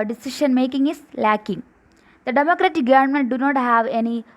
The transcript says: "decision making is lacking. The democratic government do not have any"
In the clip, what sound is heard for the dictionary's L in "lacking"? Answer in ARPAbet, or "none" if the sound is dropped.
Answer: L